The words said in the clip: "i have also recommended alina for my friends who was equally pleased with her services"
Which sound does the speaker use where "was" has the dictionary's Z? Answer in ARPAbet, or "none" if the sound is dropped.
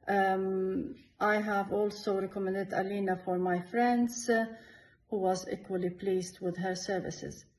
Z